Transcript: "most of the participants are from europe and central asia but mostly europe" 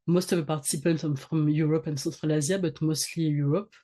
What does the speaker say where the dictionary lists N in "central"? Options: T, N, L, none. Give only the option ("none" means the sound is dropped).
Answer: none